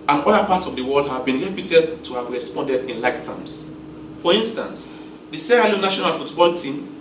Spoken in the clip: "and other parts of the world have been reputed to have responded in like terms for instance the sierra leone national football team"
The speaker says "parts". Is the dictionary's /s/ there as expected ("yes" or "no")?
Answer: no